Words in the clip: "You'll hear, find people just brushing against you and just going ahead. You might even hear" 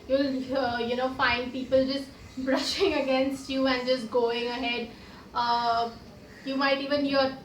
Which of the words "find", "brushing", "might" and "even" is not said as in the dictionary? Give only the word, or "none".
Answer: none